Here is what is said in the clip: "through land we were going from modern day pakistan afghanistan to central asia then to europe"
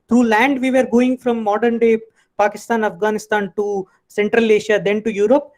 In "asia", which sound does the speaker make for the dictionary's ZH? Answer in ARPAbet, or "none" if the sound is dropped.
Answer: SH